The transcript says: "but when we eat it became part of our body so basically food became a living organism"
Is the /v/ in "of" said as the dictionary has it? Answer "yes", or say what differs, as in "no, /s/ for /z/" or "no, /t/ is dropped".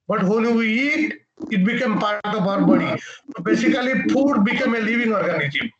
no, /b/ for /v/